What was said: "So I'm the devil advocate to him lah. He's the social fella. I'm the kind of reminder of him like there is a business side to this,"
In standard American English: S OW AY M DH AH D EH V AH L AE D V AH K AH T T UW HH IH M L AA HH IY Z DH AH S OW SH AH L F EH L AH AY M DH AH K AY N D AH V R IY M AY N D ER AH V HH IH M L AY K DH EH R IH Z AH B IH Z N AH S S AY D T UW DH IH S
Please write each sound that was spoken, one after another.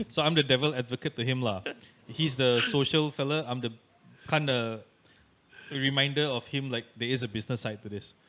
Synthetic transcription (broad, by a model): S OW AY M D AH D EH V AH L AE D V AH K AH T T UW HH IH M L AA HH IY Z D AH S OW SH AH L F EH L AH AY M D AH K AY N D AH R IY M AY N D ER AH F HH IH M L AY K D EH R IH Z AH B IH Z N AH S S AY T UW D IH S